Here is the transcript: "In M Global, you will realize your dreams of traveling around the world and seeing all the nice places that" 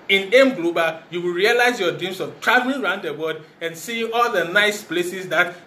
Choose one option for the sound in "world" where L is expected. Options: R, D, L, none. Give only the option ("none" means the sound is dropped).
none